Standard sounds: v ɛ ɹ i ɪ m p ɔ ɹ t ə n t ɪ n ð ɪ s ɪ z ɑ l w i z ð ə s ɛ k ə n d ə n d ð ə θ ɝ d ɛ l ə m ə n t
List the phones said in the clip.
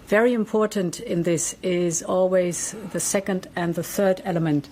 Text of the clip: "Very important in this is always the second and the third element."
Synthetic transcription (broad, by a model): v ɛ ɹ i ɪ m p ɔ ɹ t n t ɪ n ð ɪ s ɪ z ɑ l w i z ð ə s ɛ k ə n d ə n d ð ə θ ɝ d ɛ l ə m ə n t